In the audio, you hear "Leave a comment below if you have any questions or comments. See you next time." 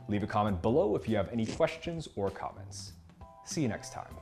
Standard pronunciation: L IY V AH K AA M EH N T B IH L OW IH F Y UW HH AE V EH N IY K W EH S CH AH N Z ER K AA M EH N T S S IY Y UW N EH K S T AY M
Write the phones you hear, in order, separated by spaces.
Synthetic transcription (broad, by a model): L IY V AH K AA M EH N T B IH L OW IH F Y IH V EH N IY K W EH S CH AH N Z ER K AA M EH N T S S IY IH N EH K S T AY M